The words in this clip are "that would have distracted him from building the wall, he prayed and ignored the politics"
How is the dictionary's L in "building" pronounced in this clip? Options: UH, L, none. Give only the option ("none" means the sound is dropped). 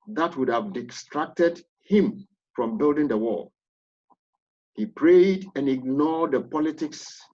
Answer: L